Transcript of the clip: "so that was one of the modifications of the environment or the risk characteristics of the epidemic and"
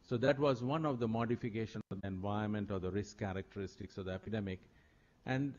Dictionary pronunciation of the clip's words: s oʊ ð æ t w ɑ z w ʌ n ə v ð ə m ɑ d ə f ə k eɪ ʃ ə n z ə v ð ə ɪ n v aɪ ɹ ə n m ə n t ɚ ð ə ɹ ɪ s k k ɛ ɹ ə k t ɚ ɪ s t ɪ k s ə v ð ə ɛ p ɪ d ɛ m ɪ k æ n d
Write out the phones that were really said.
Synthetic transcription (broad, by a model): s oʊ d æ t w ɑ z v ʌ n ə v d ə m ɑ d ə f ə k eɪ ʃ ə n ə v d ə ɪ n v aɪ ə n m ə n t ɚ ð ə ɹ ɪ s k k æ ɹ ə k t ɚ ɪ s t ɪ k s ə v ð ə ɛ p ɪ d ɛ m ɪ k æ n d